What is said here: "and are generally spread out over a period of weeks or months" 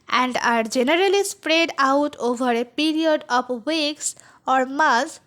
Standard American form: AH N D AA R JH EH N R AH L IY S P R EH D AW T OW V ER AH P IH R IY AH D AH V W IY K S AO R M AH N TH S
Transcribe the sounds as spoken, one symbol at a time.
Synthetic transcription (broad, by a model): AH N D AA R JH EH N R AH L IY S P R EH D AW T OW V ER AH P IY R IY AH D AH B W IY K S AO R M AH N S